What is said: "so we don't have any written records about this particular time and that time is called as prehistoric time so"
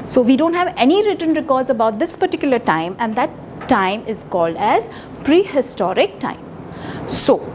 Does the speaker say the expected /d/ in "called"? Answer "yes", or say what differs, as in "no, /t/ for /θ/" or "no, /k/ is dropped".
yes